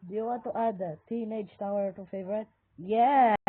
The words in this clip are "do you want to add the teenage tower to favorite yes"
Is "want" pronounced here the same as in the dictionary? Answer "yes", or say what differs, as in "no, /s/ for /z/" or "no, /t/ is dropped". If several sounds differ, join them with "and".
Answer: no, /n/ is dropped